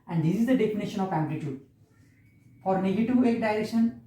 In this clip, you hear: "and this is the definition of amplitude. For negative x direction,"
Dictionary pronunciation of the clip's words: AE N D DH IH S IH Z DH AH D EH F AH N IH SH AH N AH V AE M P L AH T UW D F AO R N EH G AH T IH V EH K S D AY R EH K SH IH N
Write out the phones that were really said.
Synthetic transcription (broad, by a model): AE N D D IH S IH Z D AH D EH F AH N IH SH AH N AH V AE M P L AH T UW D F AO R N EH G AH T IH V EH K D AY R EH K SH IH N